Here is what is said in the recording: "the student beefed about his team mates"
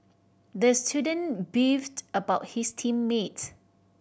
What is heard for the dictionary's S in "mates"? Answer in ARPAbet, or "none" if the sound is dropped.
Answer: none